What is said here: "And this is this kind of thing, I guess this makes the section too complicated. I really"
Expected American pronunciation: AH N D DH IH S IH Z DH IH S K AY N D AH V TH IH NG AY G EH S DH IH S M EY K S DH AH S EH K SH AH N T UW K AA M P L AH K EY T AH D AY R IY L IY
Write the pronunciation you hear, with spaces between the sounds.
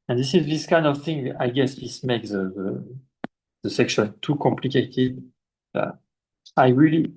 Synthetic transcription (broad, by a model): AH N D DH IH S IH Z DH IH S K AY N D AH V TH IH NG AY G EH S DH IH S M EY K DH DH AH S EH K SH AH N T UW K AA M P L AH K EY T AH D AY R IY L IY